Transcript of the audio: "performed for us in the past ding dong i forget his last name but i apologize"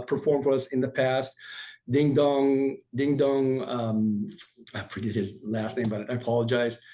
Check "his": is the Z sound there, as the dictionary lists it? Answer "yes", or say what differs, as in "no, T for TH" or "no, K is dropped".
yes